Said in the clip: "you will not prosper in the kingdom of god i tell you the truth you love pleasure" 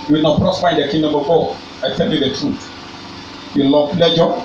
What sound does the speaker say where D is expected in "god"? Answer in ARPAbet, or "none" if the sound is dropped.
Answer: none